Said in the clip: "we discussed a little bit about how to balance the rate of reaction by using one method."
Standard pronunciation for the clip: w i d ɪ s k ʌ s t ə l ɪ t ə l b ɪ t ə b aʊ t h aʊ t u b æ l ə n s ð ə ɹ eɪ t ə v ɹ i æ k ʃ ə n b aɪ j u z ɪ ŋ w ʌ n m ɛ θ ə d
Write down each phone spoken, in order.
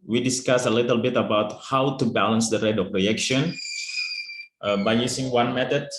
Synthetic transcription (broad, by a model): w i d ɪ s k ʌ s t ə l ɪ t ə l b ɪ t ə b aʊ t h aʊ t u b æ l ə n s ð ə ɹ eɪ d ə f ɹ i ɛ k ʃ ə n b aɪ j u s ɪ ŋ w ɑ n m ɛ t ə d